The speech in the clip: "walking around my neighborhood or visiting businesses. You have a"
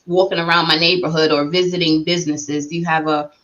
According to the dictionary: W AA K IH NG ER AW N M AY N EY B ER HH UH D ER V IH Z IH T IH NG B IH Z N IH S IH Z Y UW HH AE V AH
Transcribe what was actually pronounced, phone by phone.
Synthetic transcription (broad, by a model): W AA K IH NG ER AW N M AY N EY B ER HH UH D ER V IH Z IH T IH NG B IH Z N IH S IH Z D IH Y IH V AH